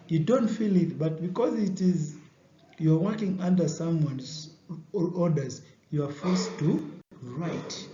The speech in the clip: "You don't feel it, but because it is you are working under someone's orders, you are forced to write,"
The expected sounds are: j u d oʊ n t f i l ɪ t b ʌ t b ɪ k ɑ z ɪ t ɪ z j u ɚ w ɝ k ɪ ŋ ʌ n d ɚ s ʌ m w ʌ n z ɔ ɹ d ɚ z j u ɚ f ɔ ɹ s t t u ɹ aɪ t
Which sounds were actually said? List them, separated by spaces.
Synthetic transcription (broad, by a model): j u d oʊ n t f i l ɪ t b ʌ t b ɪ k ɑ z ɪ t ɪ z j u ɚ w ɝ k ɪ ŋ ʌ n d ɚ s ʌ m w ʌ n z ɔ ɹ d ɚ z j u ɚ f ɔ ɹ s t t u ɹ aɪ t